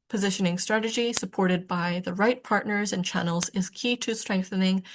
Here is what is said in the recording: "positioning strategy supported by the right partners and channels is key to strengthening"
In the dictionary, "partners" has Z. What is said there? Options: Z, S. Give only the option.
Z